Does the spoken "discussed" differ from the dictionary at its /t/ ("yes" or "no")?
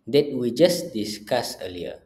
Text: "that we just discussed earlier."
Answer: yes